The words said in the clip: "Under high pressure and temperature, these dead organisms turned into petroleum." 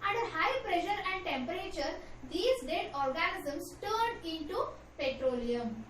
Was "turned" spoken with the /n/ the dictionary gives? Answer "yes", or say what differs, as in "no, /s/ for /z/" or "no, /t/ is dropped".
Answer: no, /n/ is dropped